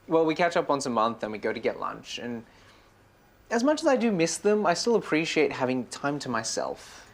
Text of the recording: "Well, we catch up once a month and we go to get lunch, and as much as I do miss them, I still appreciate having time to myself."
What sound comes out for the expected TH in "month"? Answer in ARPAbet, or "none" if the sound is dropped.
TH